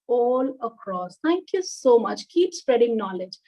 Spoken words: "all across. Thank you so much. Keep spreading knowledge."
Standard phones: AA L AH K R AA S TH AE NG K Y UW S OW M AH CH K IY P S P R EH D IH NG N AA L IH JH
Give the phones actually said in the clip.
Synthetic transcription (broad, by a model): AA L AH K R AA S T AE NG K Y UW S OW M AH CH K IY P S P R EH D IH NG N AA L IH JH